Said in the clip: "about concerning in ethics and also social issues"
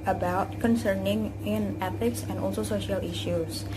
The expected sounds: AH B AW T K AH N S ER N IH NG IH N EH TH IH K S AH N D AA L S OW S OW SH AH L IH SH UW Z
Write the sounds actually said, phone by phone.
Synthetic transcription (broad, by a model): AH B AW T K AH N S ER N IH NG IH N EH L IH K S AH N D AA L S OW S OW SH AH L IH SH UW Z